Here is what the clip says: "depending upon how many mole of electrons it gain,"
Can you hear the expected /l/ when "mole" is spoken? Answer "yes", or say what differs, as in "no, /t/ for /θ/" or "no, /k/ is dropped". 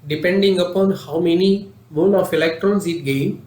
no, /n/ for /l/